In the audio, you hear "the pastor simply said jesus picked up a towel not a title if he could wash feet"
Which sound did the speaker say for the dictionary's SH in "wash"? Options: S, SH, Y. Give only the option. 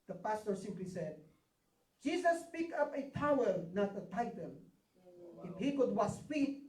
S